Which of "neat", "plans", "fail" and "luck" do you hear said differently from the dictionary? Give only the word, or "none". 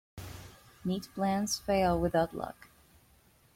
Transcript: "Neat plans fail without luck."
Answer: plans